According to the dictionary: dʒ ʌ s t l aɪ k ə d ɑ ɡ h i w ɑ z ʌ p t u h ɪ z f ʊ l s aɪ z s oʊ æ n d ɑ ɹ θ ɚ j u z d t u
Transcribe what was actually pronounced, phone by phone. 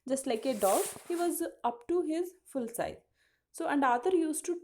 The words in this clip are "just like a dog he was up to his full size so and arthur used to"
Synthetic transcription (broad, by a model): dʒ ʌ s t l aɪ k ə d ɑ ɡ h i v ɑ z ʌ p t u h ɪ z f ʊ l s aɪ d s oʊ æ n d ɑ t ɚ j u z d t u